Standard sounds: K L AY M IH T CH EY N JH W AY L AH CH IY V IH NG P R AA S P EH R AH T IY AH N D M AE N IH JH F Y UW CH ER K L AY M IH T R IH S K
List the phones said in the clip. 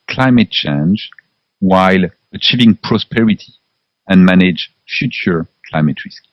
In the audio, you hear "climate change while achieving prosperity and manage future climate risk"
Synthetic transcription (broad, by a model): K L AY M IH T CH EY N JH W AY L AH CH IY V IH NG P R AA S P EH R AH T IY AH N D M AE N IH JH F Y UW CH ER K L AY M IH T R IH S K